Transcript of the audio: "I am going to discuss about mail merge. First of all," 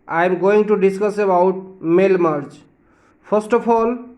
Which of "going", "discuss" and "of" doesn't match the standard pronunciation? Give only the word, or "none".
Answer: of